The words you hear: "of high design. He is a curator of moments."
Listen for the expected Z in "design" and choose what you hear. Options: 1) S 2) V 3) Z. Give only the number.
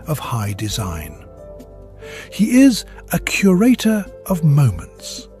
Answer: 3